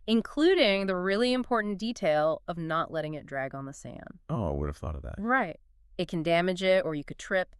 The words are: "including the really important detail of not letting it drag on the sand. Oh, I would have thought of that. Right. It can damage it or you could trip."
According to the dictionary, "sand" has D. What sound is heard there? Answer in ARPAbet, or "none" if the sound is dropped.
none